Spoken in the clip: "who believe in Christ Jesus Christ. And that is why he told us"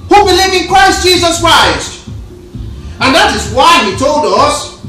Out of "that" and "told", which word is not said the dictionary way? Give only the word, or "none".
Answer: none